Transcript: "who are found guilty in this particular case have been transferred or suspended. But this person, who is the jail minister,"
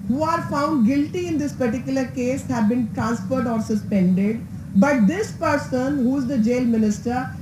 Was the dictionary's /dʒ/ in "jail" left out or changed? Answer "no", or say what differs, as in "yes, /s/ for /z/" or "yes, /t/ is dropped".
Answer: no